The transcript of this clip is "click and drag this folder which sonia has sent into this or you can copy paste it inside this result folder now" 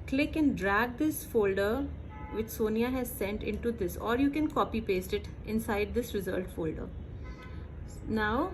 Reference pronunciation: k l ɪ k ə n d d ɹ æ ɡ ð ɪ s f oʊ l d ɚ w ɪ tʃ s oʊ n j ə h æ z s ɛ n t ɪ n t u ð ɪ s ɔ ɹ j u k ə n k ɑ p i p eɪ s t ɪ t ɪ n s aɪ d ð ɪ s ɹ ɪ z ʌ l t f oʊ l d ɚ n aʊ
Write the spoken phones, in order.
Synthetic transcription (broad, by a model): k l ɪ k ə n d d ɹ æ ɡ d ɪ s f oʊ l d ɚ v ɪ tʃ s oʊ n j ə h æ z s ɛ n t ɪ n t u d ɪ s ɔ ɹ j u k ə n k ɑ p i p eɪ s t ɪ t ɪ n s aɪ d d ɪ s ɹ ɪ z ʌ l t f oʊ l d ɚ n aʊ